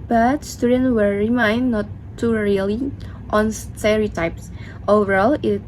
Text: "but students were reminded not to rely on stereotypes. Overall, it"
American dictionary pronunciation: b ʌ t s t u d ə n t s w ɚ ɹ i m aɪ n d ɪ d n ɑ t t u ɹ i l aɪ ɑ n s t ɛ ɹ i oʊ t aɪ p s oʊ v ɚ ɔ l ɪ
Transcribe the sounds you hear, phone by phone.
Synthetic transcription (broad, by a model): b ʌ t s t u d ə n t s w ɚ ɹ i m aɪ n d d n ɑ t t u ɹ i l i ɑ n s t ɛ ɹ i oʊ t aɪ p s oʊ v ɚ ɔ l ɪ